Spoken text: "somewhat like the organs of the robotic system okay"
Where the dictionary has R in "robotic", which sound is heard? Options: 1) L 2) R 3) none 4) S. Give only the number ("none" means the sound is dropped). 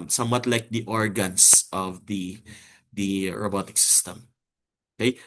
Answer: 2